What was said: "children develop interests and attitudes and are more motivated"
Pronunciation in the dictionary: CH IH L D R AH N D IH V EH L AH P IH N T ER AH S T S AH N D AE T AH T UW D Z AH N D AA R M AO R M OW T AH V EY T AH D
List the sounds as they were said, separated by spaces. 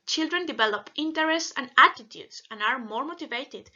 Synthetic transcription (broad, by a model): CH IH L D R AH N D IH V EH L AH P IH N T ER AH S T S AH N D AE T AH T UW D S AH N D AA R M AO R M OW T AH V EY T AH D